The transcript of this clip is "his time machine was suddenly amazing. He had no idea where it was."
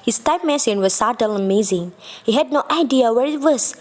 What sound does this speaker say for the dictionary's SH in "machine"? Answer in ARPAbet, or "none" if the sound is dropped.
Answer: S